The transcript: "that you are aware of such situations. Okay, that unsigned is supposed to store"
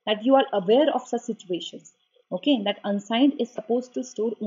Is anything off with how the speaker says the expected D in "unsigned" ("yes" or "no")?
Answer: no